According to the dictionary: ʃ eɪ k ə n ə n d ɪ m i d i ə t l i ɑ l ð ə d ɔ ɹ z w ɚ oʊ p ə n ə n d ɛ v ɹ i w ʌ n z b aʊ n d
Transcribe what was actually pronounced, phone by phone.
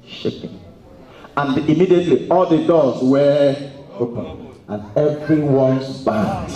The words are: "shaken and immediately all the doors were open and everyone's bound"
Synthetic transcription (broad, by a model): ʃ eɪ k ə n ə n d ɪ m i d i ə t l i ɑ l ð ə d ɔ l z w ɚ oʊ p ə n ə n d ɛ v ɹ i w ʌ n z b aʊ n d